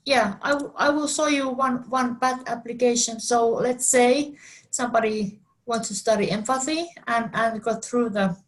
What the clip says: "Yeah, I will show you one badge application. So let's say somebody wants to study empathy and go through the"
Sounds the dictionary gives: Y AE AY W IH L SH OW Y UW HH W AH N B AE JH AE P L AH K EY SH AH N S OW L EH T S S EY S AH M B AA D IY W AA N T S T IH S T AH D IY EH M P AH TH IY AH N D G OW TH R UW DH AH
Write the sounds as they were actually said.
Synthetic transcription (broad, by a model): Y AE AY W IH L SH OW Y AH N W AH N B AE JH AE P L AH K EY SH AH N S OW L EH T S S EY S AH M B AA D IY W AA N T S T IH S T AH D IY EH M F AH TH IY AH N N G OW TH R UW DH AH